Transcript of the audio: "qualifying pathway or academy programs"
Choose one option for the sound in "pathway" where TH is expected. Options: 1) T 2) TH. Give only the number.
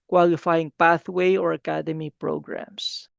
2